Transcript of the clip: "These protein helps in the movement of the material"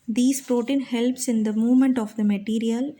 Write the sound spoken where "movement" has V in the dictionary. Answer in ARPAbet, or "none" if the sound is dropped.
V